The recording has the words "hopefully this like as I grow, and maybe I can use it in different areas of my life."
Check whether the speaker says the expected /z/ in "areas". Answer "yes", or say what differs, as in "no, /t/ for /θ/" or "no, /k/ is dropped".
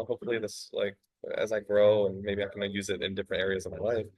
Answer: yes